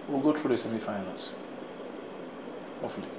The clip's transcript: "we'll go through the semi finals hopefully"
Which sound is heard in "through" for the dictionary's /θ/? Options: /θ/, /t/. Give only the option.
/t/